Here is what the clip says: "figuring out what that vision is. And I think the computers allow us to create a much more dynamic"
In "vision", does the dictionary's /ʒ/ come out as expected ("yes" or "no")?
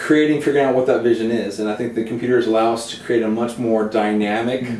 yes